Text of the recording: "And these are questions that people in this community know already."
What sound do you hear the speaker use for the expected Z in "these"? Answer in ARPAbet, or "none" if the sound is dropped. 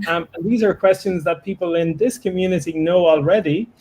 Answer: Z